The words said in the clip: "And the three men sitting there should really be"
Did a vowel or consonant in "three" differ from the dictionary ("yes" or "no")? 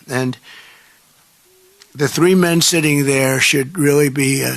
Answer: no